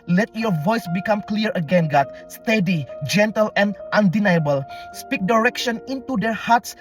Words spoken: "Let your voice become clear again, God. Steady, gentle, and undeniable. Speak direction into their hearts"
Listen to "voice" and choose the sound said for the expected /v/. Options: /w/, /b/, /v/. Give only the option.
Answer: /v/